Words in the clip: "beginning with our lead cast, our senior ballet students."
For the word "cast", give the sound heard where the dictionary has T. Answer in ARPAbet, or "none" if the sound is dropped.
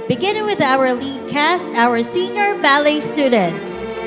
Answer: T